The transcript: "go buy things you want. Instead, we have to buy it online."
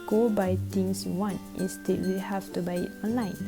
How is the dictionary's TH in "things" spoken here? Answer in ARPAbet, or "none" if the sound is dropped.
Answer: T